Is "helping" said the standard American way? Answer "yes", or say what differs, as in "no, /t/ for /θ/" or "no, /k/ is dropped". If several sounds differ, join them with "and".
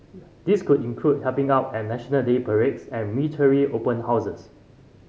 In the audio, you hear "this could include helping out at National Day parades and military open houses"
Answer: no, /l/ is dropped